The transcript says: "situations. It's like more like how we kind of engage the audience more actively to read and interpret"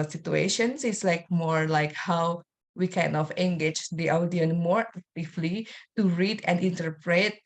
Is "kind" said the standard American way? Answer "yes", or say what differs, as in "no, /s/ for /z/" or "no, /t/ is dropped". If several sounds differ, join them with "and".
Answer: no, /d/ is dropped